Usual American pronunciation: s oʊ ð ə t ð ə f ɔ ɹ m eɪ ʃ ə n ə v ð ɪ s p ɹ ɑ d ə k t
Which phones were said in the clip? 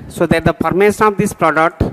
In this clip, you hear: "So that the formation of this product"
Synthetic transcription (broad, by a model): s oʊ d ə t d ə p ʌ ɹ m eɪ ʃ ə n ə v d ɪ s p ɹ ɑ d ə k t